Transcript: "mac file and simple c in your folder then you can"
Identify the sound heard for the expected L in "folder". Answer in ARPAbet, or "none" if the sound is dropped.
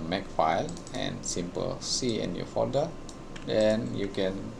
none